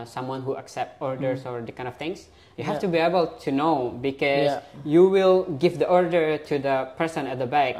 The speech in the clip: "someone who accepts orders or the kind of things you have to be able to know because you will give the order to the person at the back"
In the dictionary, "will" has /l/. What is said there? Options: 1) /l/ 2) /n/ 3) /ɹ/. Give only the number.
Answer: 1